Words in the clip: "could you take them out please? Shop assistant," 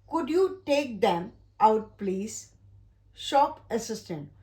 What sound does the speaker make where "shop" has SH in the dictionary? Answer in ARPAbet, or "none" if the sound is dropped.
SH